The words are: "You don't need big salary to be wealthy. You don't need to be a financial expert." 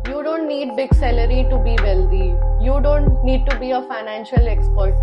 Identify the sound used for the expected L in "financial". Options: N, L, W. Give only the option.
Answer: L